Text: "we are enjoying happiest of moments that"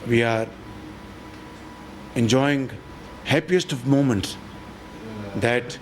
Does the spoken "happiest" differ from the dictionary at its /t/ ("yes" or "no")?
no